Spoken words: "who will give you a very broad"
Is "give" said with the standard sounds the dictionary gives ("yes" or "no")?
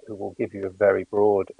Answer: yes